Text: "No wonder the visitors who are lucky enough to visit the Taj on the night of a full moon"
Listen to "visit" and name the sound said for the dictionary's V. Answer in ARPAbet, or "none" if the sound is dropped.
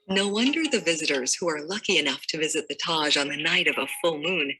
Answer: V